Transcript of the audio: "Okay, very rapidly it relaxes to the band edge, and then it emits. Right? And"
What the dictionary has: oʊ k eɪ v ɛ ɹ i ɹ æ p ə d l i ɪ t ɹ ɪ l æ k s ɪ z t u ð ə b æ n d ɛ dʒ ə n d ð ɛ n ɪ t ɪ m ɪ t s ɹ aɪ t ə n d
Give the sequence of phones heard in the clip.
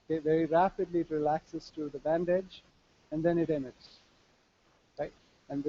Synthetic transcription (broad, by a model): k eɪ v ɛ ɹ i ɹ æ p ə d l i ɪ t ɹ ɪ l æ k s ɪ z t u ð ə b æ n d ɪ dʒ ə n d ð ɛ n ɪ t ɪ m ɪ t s ɹ aɪ t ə n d